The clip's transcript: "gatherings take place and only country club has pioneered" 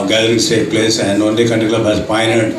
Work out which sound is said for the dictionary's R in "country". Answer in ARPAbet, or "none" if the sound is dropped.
none